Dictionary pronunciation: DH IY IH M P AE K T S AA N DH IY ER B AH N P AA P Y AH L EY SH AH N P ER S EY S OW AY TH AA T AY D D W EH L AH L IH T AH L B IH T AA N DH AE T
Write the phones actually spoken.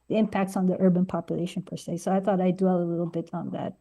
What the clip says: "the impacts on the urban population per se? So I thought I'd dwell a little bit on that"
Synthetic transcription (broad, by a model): DH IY IH M P AE K T S N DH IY ER B AH N P AA P Y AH L EY SH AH N P ER S EY S OW AY TH AA T AY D D W EH L AH L IH T L B IH T N DH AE T